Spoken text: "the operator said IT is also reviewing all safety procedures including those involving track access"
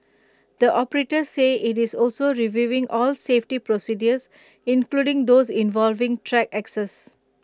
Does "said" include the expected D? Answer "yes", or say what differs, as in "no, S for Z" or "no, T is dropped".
no, D is dropped